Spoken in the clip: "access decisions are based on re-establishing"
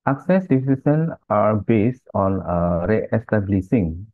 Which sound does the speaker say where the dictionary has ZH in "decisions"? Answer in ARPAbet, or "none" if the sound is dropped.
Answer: S